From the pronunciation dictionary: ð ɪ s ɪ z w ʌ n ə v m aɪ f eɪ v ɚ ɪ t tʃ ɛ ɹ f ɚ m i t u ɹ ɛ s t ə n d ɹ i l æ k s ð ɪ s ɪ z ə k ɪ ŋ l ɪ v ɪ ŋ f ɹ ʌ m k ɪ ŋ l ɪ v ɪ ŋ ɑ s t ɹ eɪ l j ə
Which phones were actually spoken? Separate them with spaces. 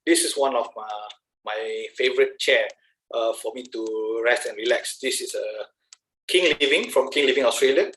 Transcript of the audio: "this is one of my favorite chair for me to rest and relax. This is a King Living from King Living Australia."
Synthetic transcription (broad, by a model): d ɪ s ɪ s w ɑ n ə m m aɪ f eɪ v ɚ ɪ t tʃ ɛ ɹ f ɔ m i t u ɹ ɛ s t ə n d ɹ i l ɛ k s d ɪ s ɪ s ə k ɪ ŋ l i v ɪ ŋ f ɹ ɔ m k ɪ ŋ l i v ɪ ŋ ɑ s t ɹ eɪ l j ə